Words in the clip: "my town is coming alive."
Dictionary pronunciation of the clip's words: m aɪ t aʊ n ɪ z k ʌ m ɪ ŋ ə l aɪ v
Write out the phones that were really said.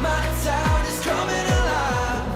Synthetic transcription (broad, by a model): m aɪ s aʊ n ɪ z k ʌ m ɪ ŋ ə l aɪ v